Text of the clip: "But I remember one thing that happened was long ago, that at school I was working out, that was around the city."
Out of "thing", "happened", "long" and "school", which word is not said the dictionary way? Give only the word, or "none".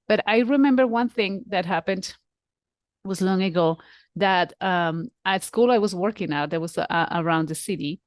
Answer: none